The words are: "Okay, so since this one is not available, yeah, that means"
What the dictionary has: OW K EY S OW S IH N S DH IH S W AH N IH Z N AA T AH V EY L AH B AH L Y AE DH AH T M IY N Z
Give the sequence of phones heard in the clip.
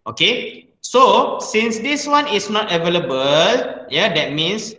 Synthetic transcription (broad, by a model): OW K EY S OW S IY N S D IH S W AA N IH S N AA T AH V EY L AH B AH L Y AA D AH T M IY N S